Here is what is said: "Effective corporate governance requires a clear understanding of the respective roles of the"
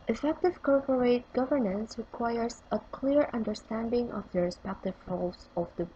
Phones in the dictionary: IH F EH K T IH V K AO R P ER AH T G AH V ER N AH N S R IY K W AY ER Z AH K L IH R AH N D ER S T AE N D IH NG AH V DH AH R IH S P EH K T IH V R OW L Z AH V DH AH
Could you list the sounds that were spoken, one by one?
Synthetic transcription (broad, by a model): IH F EH K T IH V K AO R P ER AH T G AH V ER N AH N S R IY K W AY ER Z AH K L IH R AH N D ER S T AE N D IH NG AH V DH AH R IH S P EH K T IH V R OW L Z AH V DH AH